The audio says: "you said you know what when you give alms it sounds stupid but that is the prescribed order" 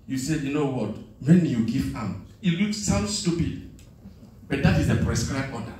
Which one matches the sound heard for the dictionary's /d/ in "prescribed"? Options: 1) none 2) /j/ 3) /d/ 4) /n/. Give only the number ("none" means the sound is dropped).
1